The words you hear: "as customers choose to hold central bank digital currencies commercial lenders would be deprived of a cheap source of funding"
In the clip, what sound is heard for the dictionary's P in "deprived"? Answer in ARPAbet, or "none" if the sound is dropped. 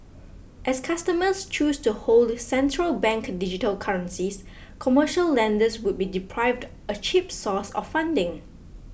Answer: P